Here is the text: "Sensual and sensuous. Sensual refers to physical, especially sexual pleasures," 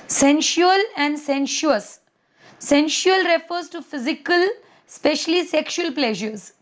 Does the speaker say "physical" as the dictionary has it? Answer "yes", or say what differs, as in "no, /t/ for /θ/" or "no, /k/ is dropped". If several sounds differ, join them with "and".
yes